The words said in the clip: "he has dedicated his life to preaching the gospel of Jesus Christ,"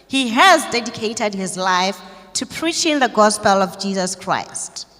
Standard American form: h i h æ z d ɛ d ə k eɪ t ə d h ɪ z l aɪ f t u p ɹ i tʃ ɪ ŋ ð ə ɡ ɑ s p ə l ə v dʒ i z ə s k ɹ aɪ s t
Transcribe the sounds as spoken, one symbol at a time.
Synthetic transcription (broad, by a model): h i h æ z d ɛ d ə k eɪ t ə d h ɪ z l aɪ f t u p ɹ i tʃ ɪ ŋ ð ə ɡ ɑ s p ə l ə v dʒ i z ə s k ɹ aɪ s t